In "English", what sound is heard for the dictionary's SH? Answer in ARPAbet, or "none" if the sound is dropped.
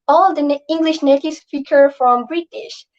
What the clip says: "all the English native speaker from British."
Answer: SH